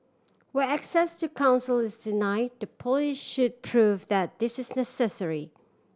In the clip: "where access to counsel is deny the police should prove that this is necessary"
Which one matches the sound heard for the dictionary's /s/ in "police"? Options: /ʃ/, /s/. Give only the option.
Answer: /ʃ/